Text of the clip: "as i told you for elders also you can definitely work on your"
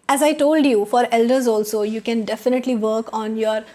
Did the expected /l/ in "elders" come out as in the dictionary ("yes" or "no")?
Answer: yes